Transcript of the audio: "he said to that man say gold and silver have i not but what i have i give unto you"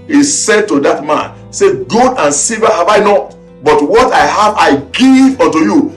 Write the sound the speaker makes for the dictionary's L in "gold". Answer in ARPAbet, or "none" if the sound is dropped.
none